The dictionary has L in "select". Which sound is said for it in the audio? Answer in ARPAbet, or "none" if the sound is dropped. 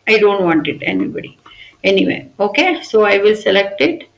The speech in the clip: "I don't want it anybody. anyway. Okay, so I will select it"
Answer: L